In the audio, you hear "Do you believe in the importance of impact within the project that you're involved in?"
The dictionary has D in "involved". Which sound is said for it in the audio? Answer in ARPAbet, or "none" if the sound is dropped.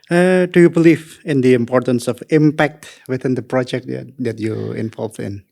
none